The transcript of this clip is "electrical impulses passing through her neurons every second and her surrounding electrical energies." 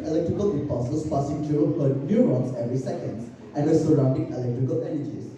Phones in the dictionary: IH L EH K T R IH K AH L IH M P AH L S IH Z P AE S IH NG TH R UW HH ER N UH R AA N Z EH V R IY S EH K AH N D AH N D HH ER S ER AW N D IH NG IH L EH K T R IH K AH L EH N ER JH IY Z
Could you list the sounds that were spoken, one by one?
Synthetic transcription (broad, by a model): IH L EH K T R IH K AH L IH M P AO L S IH S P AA S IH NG T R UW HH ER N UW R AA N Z EH V R IY S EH K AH N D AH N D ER S ER AW N D IH NG IH L EH K T R IH K AH L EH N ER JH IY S